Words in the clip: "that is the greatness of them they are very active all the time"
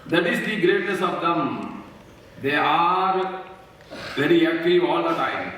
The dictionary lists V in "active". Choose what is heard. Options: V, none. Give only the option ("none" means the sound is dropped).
none